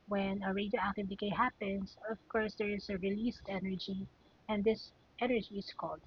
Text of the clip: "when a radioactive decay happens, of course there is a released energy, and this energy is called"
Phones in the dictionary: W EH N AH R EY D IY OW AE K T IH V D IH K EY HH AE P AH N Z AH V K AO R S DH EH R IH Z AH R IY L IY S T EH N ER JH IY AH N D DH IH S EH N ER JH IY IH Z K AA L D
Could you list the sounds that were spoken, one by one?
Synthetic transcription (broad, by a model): W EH N AH R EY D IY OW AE K T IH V D IH K EY HH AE P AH N S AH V K AO R S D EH R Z AH R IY L IY S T EH N ER JH IY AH N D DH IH S EH N ER JH IY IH S K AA L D